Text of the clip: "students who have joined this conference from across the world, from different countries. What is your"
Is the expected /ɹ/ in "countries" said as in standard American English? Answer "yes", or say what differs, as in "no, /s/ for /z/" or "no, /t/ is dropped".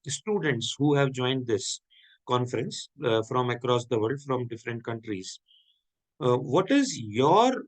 yes